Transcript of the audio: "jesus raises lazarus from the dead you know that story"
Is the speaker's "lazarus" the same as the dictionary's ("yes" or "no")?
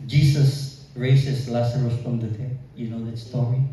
no